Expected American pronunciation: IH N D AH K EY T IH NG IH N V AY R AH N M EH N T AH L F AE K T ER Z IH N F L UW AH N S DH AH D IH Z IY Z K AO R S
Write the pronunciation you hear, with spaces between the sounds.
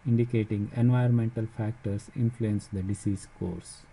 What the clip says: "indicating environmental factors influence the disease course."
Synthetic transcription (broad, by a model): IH N D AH K EY T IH NG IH N V AY AH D M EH N T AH L F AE K T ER S IH N F L UW AH N S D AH D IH S IY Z K AO R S